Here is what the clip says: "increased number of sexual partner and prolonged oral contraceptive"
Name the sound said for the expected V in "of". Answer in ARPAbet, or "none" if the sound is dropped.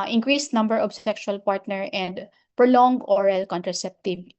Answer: B